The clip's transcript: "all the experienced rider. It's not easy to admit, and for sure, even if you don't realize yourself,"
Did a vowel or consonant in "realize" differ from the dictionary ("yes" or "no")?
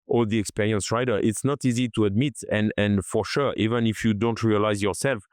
no